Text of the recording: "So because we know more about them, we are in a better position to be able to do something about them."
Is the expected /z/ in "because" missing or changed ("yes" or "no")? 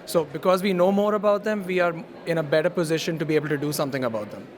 no